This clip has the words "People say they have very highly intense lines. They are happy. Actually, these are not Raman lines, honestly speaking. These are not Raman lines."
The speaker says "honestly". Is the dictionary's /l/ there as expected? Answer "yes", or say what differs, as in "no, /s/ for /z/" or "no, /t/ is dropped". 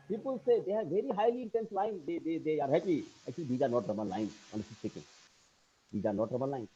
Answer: no, /l/ is dropped